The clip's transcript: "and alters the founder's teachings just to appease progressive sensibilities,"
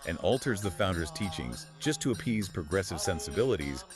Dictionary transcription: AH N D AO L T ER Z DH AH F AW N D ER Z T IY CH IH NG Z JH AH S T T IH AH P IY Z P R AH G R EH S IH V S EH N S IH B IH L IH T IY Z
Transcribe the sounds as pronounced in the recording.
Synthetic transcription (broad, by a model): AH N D AO L T ER Z DH AH F AW N D ER Z T IY CH IH NG Z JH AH S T T IH AH P IY Z P R AH G R EH S IH V S EH N S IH B IH L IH T IY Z